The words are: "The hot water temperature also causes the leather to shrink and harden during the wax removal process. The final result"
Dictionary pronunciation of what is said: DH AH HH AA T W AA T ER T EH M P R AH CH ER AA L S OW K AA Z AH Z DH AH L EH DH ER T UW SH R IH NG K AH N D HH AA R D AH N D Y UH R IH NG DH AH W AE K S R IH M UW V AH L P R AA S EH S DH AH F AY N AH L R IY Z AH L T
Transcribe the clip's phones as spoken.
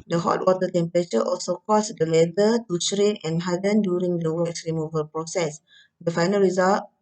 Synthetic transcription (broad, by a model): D AH HH AA T W AA T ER T EH M P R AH CH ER AA L S OW K AA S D AH L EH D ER T UW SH R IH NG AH N HH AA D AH N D Y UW R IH NG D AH W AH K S R IH M UW V AH L P R AA S EH S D AH F AY N AH L R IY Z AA L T